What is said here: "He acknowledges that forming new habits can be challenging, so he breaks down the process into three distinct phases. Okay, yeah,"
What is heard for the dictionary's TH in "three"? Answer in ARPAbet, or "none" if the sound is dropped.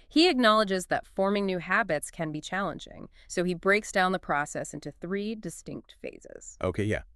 TH